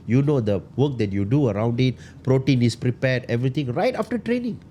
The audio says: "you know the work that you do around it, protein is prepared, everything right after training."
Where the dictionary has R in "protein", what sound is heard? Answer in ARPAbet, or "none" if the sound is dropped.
R